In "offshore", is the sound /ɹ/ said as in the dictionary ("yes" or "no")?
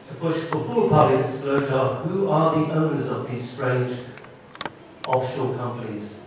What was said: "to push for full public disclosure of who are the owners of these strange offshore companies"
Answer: no